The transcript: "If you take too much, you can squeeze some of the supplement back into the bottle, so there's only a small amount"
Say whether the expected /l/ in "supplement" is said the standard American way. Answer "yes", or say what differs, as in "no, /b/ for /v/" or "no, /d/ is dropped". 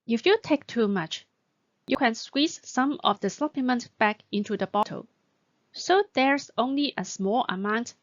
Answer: no, /l/ is dropped